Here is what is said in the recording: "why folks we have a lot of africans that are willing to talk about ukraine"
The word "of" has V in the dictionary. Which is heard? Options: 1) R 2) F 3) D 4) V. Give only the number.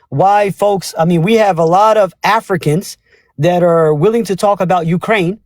4